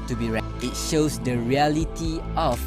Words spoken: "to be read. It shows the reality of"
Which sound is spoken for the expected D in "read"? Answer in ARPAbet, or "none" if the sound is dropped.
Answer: none